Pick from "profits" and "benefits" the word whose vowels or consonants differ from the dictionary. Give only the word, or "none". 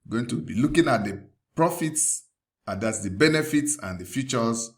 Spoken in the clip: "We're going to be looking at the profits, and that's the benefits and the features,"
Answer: none